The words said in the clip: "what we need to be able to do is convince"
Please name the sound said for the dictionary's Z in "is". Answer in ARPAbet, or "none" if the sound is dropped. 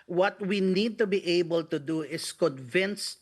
S